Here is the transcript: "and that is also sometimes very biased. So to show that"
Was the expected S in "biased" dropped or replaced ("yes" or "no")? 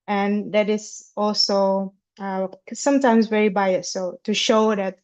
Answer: yes